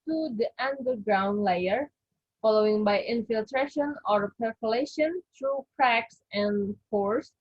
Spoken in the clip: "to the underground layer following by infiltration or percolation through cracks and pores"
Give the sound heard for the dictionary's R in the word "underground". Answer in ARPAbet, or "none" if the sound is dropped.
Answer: R